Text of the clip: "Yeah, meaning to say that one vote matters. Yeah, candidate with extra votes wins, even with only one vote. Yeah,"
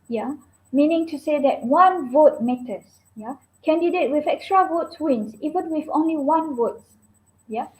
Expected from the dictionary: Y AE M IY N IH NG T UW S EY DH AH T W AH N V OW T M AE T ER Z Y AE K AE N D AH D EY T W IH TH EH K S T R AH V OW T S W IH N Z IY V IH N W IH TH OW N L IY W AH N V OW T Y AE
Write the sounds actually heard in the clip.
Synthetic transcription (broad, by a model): Y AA M IY N IH NG T UW S EY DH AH T W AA N V OW T M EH T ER S Y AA K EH N D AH D EY T W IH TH EH K S T R AH V OW T S W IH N S IY V IH N W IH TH OW N L IY W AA N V OW T Y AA